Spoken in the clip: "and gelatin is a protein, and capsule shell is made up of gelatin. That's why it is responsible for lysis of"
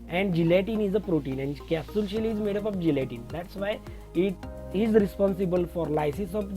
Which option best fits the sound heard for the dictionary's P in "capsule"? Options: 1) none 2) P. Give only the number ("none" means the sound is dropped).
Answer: 1